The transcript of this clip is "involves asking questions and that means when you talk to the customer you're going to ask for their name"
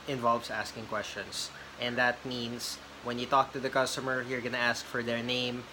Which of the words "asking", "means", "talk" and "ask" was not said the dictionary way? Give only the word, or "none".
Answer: means